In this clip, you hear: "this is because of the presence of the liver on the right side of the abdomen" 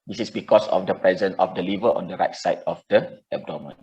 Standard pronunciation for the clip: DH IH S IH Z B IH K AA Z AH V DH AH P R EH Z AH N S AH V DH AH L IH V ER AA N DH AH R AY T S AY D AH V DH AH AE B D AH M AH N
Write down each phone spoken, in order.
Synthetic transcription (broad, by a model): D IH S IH S B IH K AA S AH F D AH P R EH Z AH N AH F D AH L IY V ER AA N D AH R AY T S AY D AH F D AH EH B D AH M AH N